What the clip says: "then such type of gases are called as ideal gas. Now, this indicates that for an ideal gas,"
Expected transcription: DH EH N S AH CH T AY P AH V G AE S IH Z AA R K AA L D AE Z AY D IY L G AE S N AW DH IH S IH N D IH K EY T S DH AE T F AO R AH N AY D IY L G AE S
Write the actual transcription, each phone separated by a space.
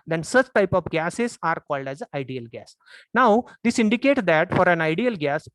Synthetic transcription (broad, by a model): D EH N S AH CH T AY P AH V G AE S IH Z AA R K AA L D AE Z AY D IY L G AE S N AW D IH S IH N D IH K EY T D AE T F AO R AH N AY D IY L G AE S